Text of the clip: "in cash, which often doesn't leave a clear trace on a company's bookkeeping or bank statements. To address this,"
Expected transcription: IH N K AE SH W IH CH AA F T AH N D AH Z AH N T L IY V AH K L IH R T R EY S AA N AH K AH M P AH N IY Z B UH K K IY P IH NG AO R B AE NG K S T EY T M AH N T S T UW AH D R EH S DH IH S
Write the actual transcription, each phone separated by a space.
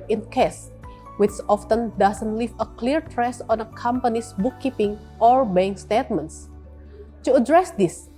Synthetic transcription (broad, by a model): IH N K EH S W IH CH AA F T AH N D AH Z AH N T L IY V AH K L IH R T R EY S AA N AH K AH M P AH N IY S B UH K K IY P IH NG AO R B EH NG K S T EY T M AH N T S T UW AH D R EH S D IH S